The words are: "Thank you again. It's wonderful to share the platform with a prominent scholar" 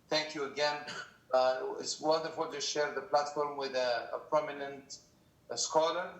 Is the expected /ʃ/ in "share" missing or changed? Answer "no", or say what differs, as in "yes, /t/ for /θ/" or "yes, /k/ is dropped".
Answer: no